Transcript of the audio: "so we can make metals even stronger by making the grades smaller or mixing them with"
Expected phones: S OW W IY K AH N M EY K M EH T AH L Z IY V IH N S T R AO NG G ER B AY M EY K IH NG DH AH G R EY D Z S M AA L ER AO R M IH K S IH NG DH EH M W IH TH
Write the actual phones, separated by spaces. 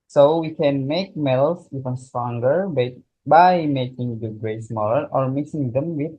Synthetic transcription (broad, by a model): S OW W IY K AH N M EY K M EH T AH L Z IY V IH N S T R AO NG G ER B AY M EY K IH NG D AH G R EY S M AA L ER AO R M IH S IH NG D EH M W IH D